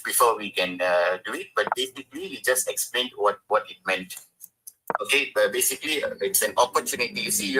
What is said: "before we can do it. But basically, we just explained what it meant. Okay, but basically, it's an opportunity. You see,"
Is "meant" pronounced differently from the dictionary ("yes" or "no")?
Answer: no